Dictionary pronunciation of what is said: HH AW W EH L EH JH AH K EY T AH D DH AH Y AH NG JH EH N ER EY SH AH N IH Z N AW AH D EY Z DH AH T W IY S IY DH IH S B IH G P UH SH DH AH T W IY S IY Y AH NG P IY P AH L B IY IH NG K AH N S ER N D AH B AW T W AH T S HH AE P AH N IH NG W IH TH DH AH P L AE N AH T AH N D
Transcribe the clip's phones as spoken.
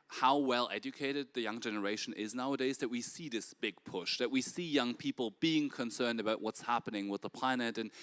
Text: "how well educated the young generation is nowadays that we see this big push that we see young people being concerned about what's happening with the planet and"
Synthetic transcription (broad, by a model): HH AW W EH L EH JH AH K EY T AH D DH AH Y AH NG JH EH N ER EY SH AH N IH Z N AW AH D EY Z DH AH T W IY S IY DH IH S B IH G P UH SH DH AH T W IY S IY Y AH NG P IY P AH L B IY IH NG K AH N S ER N D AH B AW T W AH T S HH AE P AH N IH NG W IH DH AH P L AE N AH T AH N